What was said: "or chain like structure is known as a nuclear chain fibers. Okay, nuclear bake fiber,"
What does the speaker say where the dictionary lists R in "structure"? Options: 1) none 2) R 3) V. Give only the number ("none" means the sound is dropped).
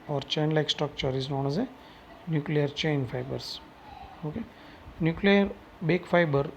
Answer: 1